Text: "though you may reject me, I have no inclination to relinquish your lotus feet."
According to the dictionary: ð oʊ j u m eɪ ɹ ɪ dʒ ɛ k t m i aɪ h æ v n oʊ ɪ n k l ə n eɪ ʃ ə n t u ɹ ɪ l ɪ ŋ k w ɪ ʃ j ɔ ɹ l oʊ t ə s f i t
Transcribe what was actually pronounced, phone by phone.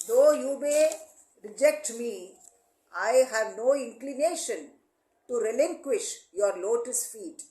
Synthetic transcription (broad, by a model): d oʊ j u m eɪ ɹ ɪ dʒ ɛ k t m i aɪ h æ v n oʊ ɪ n k l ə n eɪ ʃ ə n t u ɹ ɪ l ɪ ŋ k w ɪ ʃ j ɔ ɹ l oʊ t ə s f i t